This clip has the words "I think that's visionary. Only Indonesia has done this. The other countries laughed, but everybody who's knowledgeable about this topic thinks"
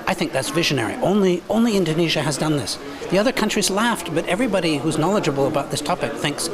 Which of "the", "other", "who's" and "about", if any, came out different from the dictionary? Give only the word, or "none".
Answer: none